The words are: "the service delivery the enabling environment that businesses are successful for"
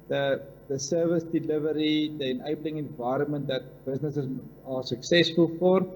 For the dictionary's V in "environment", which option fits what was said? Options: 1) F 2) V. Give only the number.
2